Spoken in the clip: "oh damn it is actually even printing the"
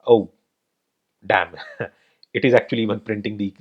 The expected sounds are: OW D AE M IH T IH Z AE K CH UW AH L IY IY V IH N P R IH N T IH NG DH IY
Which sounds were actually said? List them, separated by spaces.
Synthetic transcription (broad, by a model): OW D AE M IH T IH Z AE K CH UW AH L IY IY V IH N P R IH N T IH NG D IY